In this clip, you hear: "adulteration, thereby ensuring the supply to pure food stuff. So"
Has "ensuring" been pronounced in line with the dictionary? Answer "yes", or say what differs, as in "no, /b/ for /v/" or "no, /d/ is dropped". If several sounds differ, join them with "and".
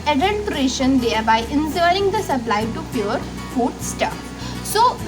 no, /s/ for /ʃ/